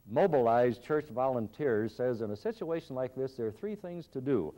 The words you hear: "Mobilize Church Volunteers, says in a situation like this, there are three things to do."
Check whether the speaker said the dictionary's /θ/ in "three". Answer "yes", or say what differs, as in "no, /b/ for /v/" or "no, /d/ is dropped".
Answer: yes